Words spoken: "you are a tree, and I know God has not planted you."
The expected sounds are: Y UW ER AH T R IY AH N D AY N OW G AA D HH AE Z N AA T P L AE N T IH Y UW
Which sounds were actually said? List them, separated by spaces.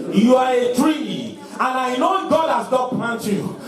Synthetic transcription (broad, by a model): Y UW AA AH T R IY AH N AY N OW G AA D HH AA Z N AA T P L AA N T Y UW